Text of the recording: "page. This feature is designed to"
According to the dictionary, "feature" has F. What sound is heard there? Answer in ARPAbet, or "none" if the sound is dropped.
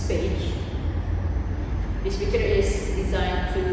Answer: P